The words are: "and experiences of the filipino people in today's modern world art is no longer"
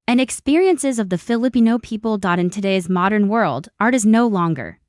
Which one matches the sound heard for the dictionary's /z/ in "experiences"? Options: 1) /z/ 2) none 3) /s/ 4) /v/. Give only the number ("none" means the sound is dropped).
1